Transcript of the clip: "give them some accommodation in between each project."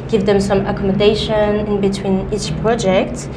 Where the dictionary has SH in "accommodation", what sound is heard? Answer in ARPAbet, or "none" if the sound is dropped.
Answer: SH